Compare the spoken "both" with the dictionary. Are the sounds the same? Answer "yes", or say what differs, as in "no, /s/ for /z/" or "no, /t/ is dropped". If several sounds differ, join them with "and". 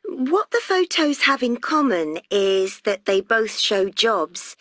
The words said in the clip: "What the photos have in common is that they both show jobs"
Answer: yes